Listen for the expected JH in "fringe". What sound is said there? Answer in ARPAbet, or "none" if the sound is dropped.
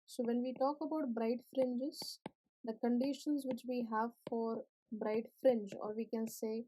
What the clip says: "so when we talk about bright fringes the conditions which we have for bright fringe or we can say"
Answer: JH